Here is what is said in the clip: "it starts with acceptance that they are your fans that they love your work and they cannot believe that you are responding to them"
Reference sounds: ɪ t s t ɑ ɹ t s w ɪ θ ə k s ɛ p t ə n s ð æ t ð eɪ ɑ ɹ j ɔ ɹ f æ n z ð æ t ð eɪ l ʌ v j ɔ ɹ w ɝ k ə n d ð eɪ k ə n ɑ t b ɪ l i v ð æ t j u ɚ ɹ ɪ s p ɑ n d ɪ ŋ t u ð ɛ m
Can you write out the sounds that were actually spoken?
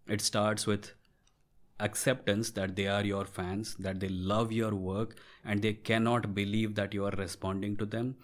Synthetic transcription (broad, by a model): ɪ t s t ɑ ɹ t s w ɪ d ə k s ɛ p t ə n s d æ t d eɪ ɑ ɹ j ɔ ɹ f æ n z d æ t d eɪ l ʌ v j ɔ ɹ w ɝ k ə n d eɪ k ə n ɑ t b ɪ l i v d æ t j u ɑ ɹ ɪ s p ɑ n d ɪ ŋ t u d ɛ m